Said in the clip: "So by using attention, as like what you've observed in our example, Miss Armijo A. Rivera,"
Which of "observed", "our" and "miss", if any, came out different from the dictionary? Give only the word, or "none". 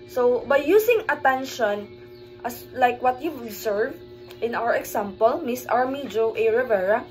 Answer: observed